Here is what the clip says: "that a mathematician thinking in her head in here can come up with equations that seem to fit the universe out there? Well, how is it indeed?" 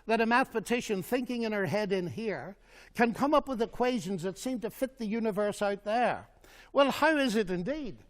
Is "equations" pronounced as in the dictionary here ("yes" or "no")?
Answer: yes